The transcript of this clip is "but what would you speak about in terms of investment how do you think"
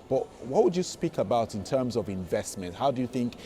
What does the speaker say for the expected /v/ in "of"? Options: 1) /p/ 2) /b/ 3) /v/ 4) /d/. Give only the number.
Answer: 3